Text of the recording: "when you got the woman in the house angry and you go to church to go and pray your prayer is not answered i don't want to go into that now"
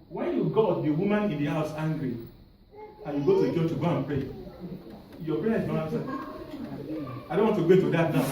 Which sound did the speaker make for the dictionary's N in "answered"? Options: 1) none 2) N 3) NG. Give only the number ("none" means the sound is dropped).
1